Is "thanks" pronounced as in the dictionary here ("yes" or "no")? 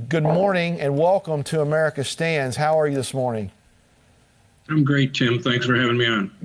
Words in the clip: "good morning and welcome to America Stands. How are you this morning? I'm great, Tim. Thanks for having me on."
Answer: yes